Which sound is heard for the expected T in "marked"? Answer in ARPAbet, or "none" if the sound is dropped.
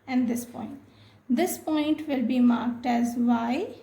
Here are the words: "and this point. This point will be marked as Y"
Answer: T